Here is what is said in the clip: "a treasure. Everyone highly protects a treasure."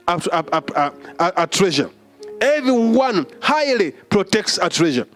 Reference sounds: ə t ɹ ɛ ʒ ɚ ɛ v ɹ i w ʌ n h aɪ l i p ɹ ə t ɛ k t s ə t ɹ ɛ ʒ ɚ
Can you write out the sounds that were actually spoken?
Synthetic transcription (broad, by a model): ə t ɹ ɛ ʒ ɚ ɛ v ɹ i w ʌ n h aɪ l i p ɹ ə t ɛ k t s ə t ɹ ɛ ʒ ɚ